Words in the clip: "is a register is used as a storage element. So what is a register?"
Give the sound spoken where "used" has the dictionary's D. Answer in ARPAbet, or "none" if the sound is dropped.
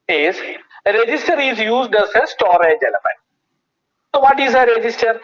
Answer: D